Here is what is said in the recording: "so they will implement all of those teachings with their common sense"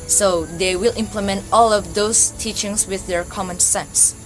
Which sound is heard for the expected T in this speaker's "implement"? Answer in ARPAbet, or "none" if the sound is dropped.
T